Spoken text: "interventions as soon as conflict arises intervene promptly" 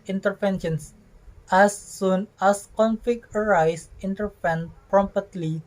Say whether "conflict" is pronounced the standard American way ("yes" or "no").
no